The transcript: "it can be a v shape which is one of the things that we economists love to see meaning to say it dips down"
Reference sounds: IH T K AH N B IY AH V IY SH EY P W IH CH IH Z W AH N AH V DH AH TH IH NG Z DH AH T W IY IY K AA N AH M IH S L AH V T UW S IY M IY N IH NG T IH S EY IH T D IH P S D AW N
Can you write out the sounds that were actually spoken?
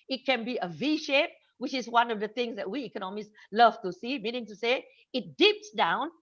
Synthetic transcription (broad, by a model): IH T K AH N B IY AH V IY SH EY P W IH CH IH Z W AH N AH V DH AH TH IH NG Z DH AH T W IY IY K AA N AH M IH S L AH V T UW S IY M IY N IH NG T IH S EY IH T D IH P S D AW N